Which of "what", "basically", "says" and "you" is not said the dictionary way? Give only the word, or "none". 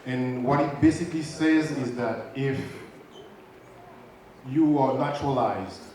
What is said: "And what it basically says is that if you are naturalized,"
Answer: none